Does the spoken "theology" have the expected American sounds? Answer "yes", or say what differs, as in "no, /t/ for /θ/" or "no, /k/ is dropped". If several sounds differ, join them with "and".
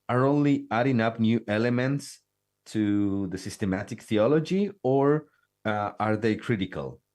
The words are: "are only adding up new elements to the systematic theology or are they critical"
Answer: yes